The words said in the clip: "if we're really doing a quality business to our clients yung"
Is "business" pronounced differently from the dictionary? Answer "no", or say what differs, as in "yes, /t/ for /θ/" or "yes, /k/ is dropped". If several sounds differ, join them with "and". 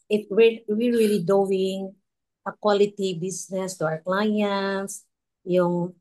yes, /s/ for /z/